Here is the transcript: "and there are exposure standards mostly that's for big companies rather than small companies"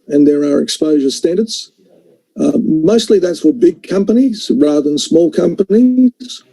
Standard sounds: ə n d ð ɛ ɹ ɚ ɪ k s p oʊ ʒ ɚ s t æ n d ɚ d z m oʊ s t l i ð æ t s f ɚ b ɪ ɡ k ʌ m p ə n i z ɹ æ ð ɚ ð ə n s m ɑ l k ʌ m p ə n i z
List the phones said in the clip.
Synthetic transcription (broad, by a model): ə n ð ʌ ɹ ɚ ɪ k s p oʊ ʒ ɚ s t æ n d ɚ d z m oʊ s t l i ð æ t s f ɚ b ɪ ɡ k ʌ m p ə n i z ɹ æ ð ɚ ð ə n s m ɑ l k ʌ m p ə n i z